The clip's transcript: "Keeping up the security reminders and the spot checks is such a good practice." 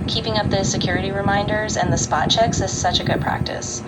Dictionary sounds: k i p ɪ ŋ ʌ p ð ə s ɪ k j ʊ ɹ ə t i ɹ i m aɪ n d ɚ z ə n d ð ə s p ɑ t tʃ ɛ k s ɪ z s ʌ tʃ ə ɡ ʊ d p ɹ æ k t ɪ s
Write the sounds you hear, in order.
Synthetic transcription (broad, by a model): k i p ɪ ŋ ʌ p ð ə s ɪ k j ʊ ɹ ə t i ɹ i m aɪ n d ɚ z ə n ð ə s p ɑ t tʃ ɛ k s ɪ z s ʌ tʃ ə ɡ ʊ d p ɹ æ k t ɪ s